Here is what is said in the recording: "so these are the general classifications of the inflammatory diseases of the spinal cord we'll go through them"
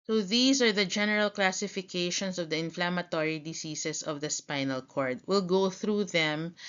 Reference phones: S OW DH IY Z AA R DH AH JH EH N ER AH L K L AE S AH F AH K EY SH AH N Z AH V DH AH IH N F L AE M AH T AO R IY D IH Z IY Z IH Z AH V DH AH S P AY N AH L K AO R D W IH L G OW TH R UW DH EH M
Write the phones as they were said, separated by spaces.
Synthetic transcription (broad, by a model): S OW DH IY S AA R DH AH JH EH N ER AH L K L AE S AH F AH K EY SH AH N S AH V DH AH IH N F L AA M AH T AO R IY D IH S IY S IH S AH V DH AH S P AY N AH L K AO R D W IH L G OW TH R UW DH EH M